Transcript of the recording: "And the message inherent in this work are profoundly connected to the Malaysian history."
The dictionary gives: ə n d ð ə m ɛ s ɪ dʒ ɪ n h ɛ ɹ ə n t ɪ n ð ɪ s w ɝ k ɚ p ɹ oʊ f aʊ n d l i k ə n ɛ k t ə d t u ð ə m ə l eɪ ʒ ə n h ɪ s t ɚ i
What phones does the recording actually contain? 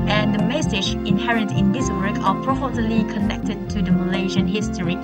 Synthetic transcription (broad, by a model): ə n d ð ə m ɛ s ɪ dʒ ɪ n h ɛ ɹ ə n t ɪ n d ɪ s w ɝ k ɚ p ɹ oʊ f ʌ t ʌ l i k ə n ɛ k t ə d t u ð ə m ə l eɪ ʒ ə n h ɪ s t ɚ i